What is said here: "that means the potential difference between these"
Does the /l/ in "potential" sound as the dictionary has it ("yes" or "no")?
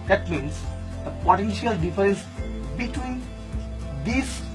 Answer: yes